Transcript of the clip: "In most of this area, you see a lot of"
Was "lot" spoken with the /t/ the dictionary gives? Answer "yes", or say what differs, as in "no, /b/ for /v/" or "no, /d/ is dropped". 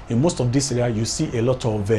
yes